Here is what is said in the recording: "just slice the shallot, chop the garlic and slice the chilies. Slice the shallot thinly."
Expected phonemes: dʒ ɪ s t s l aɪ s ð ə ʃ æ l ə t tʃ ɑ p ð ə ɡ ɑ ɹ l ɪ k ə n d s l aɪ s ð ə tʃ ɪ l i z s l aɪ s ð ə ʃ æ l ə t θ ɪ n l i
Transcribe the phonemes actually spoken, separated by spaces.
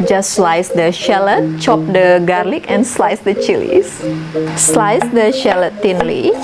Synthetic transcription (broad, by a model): dʒ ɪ s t s l aɪ s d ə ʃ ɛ l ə t tʃ ɑ p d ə ɡ ɑ ɹ l ɪ k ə n s l aɪ s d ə tʃ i l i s s l aɪ s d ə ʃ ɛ l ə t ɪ n l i